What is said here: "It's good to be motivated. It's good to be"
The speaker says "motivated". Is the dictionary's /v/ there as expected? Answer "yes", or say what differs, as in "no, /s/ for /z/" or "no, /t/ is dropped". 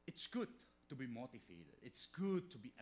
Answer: no, /f/ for /v/